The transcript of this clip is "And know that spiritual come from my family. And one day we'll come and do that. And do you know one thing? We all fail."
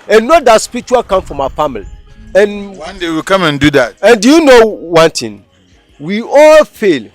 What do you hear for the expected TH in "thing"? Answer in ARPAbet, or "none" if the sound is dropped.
T